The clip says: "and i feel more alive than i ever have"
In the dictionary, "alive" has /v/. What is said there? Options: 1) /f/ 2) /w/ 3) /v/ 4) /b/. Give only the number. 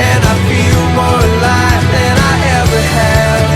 1